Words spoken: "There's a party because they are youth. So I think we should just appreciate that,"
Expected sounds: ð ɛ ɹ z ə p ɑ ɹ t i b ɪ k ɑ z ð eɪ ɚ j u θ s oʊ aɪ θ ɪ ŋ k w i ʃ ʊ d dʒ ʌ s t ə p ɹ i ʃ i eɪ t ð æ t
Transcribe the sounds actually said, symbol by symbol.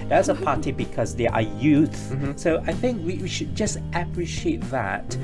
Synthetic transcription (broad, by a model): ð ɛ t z ə p ɑ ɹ t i b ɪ k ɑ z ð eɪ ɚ j u θ s oʊ aɪ θ ɪ ŋ k w i ʃ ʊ d dʒ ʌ s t ə p ɹ i ʃ i eɪ t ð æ t